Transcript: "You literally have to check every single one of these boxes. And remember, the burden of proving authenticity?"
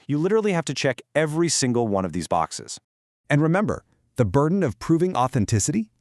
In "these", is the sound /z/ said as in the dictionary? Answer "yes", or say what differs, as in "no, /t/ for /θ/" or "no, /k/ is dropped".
yes